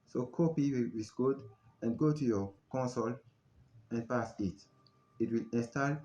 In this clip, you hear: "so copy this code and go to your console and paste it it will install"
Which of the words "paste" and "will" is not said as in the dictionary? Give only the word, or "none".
paste